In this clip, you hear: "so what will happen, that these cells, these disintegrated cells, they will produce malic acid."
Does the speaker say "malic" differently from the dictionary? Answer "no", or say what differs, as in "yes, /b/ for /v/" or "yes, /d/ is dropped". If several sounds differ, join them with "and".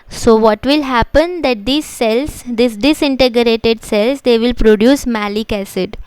no